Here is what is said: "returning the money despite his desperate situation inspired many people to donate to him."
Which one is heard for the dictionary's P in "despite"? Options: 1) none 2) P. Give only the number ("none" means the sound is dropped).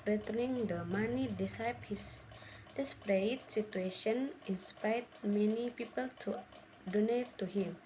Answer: 1